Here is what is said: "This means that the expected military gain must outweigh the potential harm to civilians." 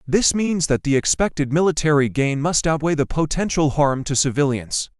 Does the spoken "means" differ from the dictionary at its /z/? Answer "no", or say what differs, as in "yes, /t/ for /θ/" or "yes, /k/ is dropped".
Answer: no